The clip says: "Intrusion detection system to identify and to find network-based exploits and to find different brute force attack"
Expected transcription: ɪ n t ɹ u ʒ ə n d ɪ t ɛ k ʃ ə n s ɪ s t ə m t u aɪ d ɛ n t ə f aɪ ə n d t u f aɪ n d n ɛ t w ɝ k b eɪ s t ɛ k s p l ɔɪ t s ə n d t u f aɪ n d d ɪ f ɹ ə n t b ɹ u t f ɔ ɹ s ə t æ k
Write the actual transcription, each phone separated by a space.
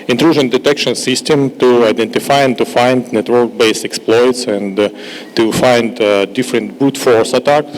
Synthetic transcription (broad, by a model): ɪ n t ɹ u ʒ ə n d ɪ t ɛ k ʃ ə n s ɪ s t ə m t u aɪ d ɛ n t ə f aɪ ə n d t u f aɪ n d n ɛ t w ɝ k b eɪ s ɛ k s p l ɔɪ t s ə n t u f aɪ n d d ɪ f ɹ ə n t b u t f ɔ ɹ s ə t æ k